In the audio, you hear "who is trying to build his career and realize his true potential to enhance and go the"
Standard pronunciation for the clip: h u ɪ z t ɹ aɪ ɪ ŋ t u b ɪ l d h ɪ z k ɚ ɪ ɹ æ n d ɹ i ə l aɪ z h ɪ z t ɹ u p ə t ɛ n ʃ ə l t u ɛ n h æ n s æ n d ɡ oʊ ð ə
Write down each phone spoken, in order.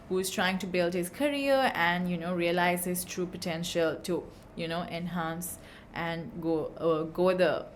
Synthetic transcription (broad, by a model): h u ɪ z t ɹ aɪ ɪ ŋ t u b ɪ l d h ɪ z k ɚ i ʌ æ n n ɹ i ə l aɪ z h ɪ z t ɹ u p ə t ɛ n ʃ ə l t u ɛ n h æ n s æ n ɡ ɡ oʊ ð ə